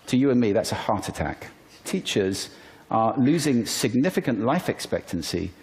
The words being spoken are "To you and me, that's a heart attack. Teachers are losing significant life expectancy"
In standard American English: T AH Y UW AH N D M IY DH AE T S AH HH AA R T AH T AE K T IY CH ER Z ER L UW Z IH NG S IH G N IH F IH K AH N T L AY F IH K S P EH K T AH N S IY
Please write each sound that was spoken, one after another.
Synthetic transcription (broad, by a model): T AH Y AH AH N M IY DH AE T S AH HH AA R T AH T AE K T IY CH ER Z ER L UW Z IH NG S IH G N IH F IH K AH N T L AY F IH K S P EH K T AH N S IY